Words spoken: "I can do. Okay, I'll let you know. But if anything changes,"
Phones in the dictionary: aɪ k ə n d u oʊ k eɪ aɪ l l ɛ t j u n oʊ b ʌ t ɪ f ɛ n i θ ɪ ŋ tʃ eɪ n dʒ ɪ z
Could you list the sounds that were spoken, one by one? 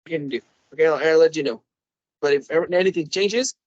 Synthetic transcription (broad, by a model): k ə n d u oʊ k eɪ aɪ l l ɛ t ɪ n oʊ b ʌ t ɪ f ɛ n i θ ɪ ŋ tʃ eɪ n dʒ ɪ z